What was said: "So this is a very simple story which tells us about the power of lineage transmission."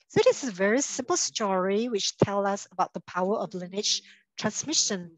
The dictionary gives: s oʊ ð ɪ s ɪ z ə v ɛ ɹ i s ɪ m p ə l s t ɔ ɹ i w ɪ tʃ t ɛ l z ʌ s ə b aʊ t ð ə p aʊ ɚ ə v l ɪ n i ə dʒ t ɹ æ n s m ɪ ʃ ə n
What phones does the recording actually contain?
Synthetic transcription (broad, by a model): s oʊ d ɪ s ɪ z ə v ɛ ɹ i s ɪ m p ə l s t ɔ ɹ i w ɪ tʃ t ɛ l ʌ s ə b aʊ t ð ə p aʊ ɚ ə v l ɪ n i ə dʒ t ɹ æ n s m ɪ ʃ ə n